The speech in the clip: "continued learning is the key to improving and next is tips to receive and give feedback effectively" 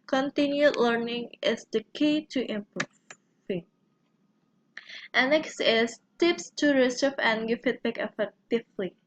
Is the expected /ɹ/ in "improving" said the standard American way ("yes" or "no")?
no